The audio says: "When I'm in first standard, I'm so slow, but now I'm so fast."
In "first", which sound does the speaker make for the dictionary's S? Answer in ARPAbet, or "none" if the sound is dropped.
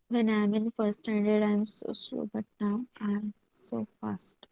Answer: none